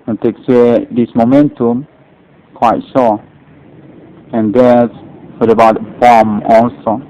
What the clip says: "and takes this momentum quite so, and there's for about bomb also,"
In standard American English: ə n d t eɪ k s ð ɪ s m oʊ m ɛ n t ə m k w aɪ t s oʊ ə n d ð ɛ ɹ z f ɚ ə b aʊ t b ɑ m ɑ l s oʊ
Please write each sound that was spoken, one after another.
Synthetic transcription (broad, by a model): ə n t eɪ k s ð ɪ s m oʊ m ɛ n t ə m k w aɪ t ʃ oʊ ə n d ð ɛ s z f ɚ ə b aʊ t b ɑ m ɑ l s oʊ